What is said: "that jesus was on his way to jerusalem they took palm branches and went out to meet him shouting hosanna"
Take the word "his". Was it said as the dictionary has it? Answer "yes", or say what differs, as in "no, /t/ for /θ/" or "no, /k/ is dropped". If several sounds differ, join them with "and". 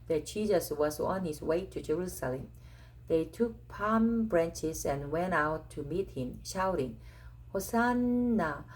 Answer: no, /s/ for /z/